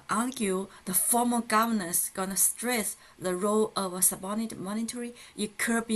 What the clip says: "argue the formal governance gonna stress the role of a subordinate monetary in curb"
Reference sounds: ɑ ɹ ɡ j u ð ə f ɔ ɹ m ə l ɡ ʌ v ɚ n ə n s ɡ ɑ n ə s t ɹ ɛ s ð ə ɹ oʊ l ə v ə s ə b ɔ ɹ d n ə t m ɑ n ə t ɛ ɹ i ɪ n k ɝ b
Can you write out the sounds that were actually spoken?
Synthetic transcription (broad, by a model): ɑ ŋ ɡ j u ð ə f ɔ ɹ m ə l ɡ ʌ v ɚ n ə s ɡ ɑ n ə s t ɹ ɛ s ð ə ɹ oʊ l ə v ə s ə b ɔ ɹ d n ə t m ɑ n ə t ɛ ɹ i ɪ k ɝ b